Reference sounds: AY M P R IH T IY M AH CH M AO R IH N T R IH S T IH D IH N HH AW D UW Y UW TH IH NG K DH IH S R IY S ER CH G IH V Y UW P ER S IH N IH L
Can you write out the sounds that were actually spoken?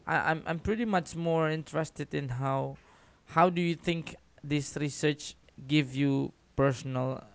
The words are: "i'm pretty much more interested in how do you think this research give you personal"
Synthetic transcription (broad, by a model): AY M P R IH T IY M AH CH M AO R IH N T R IH S T IH D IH N HH AW D UW Y UW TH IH NG K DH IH S R IY S ER CH G IH V Y UW P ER S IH N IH L